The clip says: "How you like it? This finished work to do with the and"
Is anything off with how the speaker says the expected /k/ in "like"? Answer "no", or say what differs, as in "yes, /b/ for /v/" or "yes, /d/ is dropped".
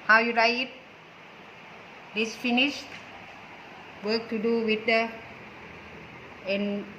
yes, /k/ is dropped